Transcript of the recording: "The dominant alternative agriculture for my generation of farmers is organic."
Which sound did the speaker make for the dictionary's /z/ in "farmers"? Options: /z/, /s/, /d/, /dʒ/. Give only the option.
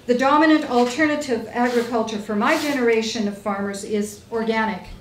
/z/